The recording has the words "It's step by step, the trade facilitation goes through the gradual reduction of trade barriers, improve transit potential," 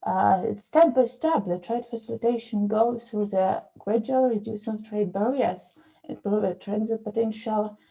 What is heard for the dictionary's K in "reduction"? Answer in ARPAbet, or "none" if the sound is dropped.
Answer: none